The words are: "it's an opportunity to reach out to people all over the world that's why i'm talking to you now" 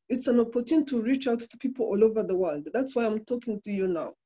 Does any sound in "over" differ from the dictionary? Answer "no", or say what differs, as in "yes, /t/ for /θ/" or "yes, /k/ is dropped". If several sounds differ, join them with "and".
no